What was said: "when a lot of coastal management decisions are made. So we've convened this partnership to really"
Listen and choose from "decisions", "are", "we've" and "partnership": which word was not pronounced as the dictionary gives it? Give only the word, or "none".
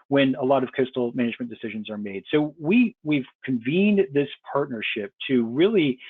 none